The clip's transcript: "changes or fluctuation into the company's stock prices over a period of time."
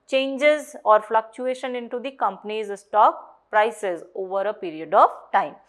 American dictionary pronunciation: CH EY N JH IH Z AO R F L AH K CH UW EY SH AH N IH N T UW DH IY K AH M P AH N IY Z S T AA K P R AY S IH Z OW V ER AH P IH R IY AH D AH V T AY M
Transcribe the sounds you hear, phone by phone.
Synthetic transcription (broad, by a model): CH EY N JH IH Z AO R F L AH K CH UW EY SH AH N IH N T UW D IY K AH M P AH N IY Z S T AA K P R AY S IH Z OW V ER AH P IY R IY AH D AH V T AY M